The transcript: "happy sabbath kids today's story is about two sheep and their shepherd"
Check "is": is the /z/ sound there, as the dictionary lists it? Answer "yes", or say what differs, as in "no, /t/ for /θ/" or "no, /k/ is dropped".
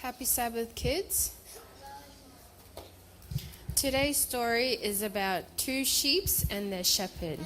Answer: yes